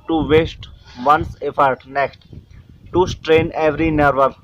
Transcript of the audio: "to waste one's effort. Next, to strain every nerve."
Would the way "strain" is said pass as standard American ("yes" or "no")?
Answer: yes